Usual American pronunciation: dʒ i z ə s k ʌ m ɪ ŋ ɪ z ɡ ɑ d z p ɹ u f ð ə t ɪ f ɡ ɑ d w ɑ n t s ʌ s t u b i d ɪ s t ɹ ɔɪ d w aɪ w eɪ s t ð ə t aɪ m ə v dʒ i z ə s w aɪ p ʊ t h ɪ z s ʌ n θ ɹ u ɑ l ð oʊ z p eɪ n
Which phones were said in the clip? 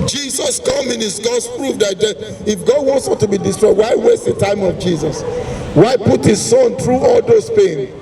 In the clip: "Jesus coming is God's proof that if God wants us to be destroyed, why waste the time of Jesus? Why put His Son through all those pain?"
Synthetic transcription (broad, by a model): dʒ i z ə s k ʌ m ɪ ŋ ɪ s ɡ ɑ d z p ɹ u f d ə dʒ ɪ f ɡ ɑ d w ɑ n t s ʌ t u b i d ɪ s t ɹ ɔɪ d w aɪ w eɪ s t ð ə t aɪ m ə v dʒ i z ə s w aɪ p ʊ t h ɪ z s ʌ n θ ɹ u ɑ l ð oʊ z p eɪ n